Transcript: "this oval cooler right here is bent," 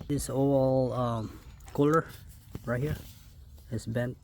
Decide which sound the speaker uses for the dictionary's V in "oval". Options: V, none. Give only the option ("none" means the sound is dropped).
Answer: none